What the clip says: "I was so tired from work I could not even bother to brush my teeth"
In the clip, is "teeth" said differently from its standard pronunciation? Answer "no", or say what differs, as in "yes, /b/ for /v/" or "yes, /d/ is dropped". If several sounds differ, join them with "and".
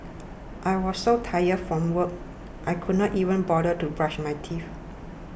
yes, /f/ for /θ/